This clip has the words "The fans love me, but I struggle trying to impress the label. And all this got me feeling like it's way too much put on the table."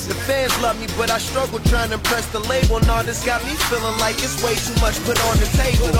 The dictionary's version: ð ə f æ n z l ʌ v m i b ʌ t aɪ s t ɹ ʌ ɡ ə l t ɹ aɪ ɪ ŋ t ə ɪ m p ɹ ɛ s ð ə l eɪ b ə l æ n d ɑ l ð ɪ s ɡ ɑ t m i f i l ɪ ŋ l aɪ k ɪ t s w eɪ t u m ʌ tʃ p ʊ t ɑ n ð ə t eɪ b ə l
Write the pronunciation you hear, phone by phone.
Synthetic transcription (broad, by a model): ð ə f æ n z l ʌ v m i b ʌ t aɪ s t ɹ ʌ ɡ l t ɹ aɪ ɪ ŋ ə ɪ p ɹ ɛ s ð ə l eɪ b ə l n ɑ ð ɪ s ɡ ɑ t m i f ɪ l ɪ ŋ l aɪ k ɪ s w eɪ t u m ʌ tʃ p ʊ t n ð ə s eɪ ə